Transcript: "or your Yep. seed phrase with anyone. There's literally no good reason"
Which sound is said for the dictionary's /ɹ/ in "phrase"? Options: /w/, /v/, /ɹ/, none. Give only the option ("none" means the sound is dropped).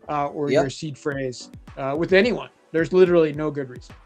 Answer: /ɹ/